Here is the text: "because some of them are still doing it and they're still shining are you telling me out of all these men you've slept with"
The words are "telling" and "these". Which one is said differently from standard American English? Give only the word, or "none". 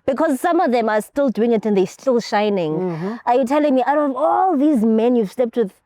none